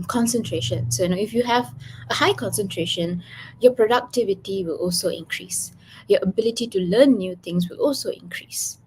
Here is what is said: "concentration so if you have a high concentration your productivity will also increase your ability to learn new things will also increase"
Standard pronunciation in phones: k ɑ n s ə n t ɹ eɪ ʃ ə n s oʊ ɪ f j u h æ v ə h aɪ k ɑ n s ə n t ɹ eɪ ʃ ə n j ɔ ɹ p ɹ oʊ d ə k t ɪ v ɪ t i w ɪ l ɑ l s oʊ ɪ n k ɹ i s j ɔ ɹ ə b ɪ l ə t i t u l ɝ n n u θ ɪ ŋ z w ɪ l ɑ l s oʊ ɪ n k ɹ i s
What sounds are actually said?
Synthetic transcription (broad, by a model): k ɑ n s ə n t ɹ eɪ ʃ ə n s oʊ ɪ f j u h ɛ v ə h aɪ k ɑ n s ə n t ɹ eɪ ʃ ə n j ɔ p ɹ oʊ d ə k t ɪ v ɪ t i w ɪ l ɑ l s oʊ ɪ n k ɹ i s j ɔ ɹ ə b ɪ l ə t i t u l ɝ n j u t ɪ ŋ s w ɪ l ɑ l s oʊ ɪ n k ɹ i s